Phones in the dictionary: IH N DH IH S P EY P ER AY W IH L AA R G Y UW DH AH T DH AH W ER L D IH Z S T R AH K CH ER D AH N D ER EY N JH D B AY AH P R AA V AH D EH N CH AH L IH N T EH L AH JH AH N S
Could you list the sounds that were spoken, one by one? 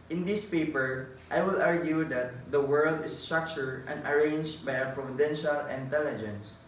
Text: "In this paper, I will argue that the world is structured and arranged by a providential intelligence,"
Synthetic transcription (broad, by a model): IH N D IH S P EY P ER AY W IH L AA R G Y UW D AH T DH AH W ER L D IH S T R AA K CH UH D AH N D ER EY N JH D B AY AH P R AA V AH D EH N SH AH L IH N T EH L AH JH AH N S